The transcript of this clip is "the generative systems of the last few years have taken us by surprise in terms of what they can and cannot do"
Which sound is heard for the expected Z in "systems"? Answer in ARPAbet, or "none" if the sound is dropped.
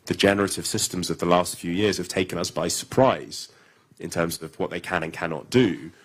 Z